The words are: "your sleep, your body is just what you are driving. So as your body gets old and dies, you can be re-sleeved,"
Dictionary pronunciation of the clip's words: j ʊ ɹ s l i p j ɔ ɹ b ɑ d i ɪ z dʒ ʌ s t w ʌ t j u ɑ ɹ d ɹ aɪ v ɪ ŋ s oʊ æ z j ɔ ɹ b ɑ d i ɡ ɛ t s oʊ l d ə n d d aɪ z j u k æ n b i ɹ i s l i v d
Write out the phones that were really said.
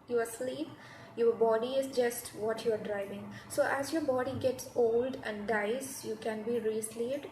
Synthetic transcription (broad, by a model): j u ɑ s l i p j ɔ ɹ b ɑ d i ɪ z dʒ ʌ s t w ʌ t j u ɑ ɹ d ɹ aɪ v ɪ ŋ s oʊ æ z j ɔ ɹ b ɑ d i ɡ ɛ t s oʊ l d ə n d d aɪ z j u k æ n b i ɹ i s l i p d